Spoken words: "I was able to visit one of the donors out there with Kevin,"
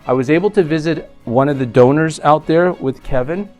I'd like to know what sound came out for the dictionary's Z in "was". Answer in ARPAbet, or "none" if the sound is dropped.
Z